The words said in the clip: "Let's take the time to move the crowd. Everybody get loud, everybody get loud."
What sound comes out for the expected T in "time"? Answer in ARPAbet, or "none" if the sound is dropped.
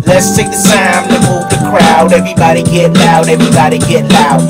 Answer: S